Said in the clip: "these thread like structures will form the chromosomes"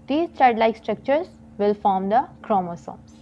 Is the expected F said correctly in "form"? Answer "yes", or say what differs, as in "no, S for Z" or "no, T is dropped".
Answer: yes